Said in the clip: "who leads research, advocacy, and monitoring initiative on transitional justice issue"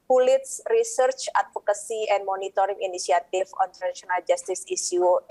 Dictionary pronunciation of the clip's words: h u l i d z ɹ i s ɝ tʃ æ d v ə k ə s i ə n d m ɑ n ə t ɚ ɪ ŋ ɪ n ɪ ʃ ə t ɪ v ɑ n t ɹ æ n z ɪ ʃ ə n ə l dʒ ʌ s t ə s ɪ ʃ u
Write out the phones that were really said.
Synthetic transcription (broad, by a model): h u l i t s ɹ i s ɝ tʃ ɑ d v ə k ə s i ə n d m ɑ n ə t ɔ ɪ ŋ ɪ n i s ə t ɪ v ɑ n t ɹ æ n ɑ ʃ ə n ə l dʒ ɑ s t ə s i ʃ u